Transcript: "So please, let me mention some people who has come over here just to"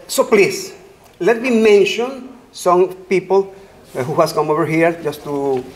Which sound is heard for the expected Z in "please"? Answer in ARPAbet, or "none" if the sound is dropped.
S